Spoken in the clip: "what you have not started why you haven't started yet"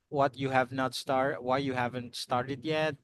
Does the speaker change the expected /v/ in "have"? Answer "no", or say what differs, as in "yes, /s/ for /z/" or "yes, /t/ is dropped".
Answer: no